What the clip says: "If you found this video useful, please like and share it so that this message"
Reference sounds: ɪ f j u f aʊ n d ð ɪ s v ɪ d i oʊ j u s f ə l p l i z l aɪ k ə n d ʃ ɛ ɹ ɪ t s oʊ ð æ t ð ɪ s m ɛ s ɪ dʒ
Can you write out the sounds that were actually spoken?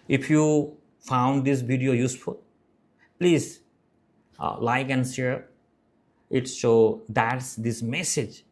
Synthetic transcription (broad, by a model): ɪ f j u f aʊ n d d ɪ s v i d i oʊ j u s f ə l p l i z l aɪ k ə n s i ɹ ɪ t ʃ oʊ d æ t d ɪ s m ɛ s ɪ dʒ